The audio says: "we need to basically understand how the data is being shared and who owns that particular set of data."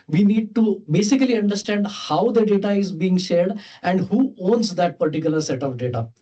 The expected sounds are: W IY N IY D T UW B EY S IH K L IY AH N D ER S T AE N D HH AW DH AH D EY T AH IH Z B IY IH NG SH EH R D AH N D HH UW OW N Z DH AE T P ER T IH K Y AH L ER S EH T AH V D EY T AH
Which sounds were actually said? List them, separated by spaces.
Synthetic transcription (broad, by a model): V IY N IY D T UW B EY S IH K L IY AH N D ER S T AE N D HH AW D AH D EY T AH IH Z B IY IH NG SH EH R D AH N D HH UW OW N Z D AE T P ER T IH K Y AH L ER S EH T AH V D EY T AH